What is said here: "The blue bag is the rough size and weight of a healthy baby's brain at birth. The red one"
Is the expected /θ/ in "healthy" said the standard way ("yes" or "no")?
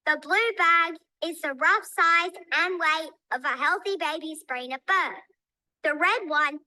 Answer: yes